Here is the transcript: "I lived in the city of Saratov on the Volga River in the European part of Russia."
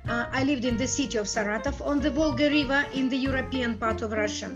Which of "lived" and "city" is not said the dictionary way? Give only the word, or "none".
none